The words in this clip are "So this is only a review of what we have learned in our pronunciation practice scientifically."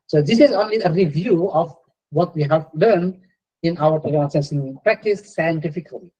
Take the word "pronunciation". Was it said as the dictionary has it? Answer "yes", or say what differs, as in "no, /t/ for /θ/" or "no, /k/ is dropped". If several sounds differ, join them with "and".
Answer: no, /l/ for /n/ and /s/ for /ʃ/